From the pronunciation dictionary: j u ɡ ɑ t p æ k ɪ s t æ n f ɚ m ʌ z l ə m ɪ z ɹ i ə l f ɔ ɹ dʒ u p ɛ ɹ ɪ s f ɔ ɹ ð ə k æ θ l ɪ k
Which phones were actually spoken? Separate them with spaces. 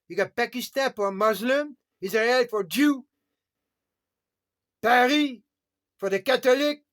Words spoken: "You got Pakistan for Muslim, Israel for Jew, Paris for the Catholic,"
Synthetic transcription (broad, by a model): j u ɡ ɑ t p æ k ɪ s t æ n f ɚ m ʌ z l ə m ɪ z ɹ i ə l f ɔ ɹ dʒ u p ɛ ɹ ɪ f ɔ ɹ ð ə k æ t l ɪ k